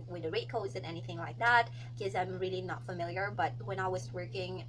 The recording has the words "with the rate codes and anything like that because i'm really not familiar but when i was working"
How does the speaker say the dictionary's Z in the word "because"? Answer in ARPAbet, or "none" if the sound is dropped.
none